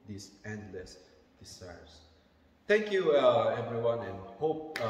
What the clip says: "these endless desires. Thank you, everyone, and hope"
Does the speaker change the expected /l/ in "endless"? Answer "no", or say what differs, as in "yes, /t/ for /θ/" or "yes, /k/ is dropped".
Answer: no